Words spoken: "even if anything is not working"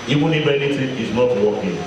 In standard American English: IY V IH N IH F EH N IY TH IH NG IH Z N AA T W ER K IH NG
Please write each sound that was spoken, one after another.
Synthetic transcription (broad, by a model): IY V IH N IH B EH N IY T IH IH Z N AA T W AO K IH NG